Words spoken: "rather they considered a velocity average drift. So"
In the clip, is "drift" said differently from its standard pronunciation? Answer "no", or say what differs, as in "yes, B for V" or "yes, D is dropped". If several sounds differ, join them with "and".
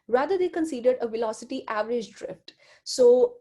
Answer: no